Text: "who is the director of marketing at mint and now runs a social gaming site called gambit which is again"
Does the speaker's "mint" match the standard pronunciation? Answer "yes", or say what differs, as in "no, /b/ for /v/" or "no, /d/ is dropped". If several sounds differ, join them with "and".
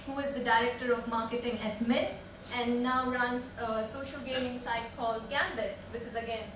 no, /n/ is dropped